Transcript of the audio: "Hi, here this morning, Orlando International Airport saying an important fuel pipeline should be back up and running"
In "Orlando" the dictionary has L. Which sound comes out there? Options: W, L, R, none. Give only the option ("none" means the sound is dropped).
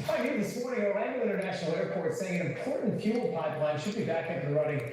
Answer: none